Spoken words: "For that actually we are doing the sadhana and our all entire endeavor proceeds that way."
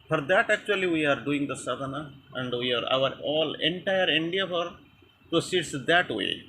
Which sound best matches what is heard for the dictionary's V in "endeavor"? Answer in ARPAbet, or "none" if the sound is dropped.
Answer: F